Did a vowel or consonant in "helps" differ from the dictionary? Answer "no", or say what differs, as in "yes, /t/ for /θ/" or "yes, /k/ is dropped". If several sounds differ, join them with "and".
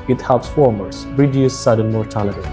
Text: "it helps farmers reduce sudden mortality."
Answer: no